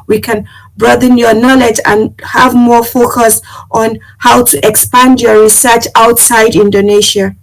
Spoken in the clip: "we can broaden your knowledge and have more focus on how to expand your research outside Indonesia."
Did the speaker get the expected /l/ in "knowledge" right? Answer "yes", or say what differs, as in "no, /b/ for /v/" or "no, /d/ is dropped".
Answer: yes